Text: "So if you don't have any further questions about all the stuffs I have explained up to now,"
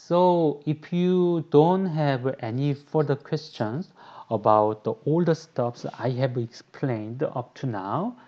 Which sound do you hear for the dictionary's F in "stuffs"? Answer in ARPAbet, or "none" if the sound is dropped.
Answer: P